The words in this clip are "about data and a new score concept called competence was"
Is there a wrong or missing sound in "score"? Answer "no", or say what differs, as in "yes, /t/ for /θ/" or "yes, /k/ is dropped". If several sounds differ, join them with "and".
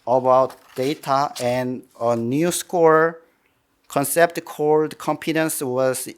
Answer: no